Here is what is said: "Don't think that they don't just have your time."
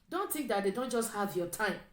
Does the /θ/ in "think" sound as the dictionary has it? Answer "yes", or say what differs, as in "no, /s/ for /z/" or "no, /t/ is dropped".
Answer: no, /t/ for /θ/